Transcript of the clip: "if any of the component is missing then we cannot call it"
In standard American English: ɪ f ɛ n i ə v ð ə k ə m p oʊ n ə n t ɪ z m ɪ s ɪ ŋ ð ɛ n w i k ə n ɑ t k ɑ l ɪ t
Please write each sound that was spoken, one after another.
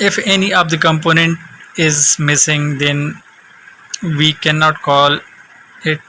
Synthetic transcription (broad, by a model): ɪ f ɛ n i ə v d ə k ə m p oʊ n ə n t ɪ z m ɪ s ɪ ŋ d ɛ n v i k ə n ɑ t k ɑ l ɪ t